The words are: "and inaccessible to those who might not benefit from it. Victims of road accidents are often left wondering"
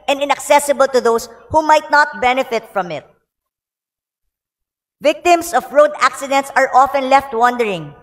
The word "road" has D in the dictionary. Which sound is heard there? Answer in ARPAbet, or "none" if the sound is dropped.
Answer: D